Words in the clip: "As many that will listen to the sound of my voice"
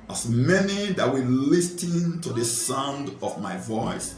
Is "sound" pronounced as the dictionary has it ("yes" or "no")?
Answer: yes